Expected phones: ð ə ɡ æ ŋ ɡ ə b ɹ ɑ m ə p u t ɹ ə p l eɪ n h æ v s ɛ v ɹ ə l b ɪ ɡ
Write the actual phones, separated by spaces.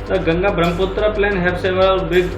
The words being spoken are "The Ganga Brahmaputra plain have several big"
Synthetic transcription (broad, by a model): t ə ɡ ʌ ŋ ɡ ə b ɹ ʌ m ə p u t ɹ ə p l eɪ n h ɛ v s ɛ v ə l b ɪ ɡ